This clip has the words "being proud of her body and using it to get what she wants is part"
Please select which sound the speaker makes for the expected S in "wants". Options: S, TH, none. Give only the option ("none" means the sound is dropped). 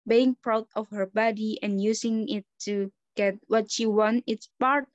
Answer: none